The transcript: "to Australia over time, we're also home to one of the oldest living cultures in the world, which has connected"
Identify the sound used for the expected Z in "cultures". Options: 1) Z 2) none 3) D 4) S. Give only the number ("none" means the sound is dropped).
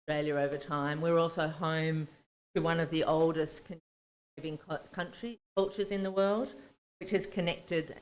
1